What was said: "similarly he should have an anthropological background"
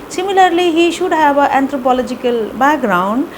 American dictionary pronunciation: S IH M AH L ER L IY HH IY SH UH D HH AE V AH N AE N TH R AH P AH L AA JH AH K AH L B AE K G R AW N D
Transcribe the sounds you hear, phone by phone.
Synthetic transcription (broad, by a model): S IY M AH L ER L IY HH IY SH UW D HH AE B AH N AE N T R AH P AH L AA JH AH K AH L B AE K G R AW N D